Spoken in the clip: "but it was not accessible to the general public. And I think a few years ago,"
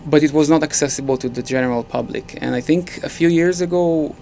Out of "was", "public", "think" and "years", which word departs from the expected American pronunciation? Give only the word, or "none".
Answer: none